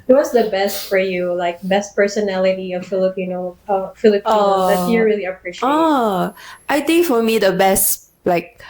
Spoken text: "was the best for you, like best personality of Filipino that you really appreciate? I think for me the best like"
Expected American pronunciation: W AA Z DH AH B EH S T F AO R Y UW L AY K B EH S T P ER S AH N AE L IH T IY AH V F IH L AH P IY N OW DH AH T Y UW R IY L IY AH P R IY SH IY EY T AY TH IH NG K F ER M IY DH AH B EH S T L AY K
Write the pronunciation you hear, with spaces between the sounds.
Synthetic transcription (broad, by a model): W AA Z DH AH B EH S T F AO R Y UW L AY K B EH S T P ER S AH N AE L IH T IY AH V F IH L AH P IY N OW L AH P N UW R IY L IY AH P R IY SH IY T AY T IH NG K F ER M IY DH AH B EH S T L AY K